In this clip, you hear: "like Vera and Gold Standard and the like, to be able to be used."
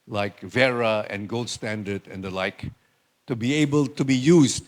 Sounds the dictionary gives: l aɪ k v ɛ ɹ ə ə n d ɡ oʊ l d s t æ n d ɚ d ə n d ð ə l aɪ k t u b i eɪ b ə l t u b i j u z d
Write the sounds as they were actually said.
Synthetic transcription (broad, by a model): l aɪ k v ɛ ɹ ə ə n ɡ oʊ l d s t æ n d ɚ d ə n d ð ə l aɪ k t u b i eɪ b ə l t u b i j u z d